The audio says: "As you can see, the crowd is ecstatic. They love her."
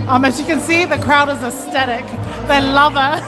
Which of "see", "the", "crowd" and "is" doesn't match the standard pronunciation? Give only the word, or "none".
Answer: none